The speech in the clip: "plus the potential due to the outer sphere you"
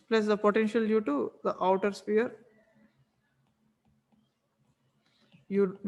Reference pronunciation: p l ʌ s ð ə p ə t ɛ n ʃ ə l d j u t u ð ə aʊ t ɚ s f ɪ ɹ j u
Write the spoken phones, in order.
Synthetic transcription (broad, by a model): p l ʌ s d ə p ə t ɛ n ʃ ə l d j u t u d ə aʊ t ɚ s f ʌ ɹ j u